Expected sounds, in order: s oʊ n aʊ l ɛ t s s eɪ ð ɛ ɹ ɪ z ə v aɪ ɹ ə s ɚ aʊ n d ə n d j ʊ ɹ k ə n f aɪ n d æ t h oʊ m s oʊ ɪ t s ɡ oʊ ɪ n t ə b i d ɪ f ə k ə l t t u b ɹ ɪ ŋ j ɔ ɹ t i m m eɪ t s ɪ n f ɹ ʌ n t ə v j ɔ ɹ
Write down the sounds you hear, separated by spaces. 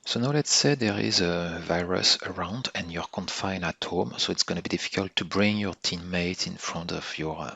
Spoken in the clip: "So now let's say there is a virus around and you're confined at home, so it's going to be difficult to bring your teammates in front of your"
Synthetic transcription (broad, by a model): s oʊ n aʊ l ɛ t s s eɪ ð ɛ ɹ ɪ z ə v aɪ ɹ ə s ɚ aʊ n d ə n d j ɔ ɹ k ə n f aɪ n æ t h oʊ m s oʊ ɪ t s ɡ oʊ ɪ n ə b i d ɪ f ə k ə l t t u b ɹ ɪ ŋ j ɔ ɹ t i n m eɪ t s ɪ n f ɹ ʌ n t ə v j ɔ ɹ